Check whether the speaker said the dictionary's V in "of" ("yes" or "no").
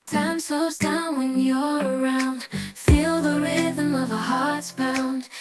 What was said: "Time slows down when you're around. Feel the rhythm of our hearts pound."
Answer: yes